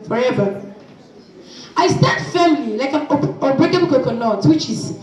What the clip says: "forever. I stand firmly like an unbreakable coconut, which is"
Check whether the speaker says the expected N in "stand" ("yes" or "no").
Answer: no